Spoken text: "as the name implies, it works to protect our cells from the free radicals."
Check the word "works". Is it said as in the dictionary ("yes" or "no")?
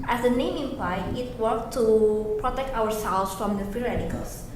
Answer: no